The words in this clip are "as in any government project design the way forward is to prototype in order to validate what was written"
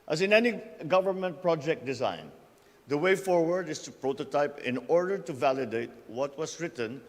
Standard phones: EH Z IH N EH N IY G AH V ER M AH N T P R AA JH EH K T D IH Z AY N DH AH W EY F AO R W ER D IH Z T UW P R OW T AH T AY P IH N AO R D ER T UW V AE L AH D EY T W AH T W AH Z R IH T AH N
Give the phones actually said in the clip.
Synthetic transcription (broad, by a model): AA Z IH N EH N IY G AH V ER M AH N T P R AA JH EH K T D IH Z AY N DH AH W EY F AO R W ER D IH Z T UW P R OW T AH T AY P IH N AO R D ER T UW V AE L AH D EY T W AH T W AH S R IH T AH N